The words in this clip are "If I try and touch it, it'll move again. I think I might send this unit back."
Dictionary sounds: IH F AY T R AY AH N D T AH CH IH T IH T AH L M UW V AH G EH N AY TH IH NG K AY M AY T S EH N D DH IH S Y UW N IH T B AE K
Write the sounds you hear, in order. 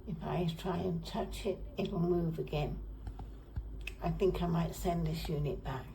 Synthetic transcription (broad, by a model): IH F AY T R AY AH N T AH CH IH T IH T L M UW V AH G EH N AY TH IH NG K AY M AY T S EH N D DH IH S Y UW N IH T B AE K